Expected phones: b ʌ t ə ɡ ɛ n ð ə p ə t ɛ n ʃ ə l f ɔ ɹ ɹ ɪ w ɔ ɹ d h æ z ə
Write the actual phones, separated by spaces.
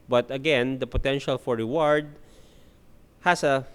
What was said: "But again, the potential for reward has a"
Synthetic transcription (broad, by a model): b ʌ t ə ɡ ɛ n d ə p ə t ɛ n ʃ ə l f ɔ ɹ ɹ ɪ w ɔ ɹ d h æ s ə